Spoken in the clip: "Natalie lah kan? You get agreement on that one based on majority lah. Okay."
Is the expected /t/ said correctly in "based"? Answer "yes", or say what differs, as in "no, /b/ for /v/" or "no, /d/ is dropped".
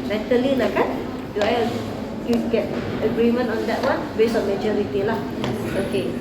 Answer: no, /t/ is dropped